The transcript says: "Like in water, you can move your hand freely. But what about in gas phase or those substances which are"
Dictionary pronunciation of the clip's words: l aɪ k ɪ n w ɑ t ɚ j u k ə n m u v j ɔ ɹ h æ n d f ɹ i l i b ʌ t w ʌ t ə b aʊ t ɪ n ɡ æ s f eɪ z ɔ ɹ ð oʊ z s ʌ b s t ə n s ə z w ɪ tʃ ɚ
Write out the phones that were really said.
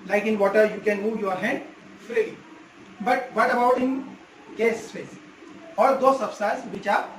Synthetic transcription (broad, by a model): l aɪ k ɪ n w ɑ t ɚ j u k ə n m u v j ɔ ɹ h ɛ n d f ɹ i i b ʌ t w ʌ t ə b aʊ t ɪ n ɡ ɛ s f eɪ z ɔ ɹ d oʊ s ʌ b s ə s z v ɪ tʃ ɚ